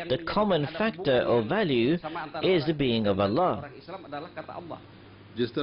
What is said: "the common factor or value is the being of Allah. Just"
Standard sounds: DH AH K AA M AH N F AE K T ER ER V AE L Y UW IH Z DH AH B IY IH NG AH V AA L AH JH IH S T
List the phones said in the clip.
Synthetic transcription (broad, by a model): DH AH K AA M AH N F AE K T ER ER V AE L Y UW IH Z DH AH B IY IH NG AH V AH L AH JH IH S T